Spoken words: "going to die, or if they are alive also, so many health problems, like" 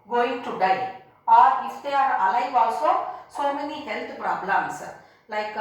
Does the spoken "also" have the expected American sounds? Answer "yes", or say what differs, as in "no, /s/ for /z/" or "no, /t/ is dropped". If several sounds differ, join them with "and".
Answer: yes